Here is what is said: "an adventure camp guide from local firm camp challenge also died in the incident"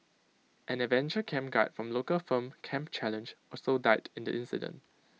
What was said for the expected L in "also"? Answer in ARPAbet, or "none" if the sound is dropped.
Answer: none